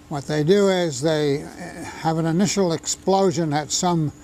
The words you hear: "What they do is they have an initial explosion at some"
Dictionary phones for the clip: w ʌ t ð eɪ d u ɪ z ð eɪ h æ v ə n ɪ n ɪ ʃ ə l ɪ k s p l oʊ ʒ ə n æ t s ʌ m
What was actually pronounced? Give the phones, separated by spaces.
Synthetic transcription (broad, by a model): w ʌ t ð eɪ d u ɪ z ð eɪ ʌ v ə n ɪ n ɪ ʃ l ɪ k s p l oʊ ʒ ə n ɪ t s ʌ m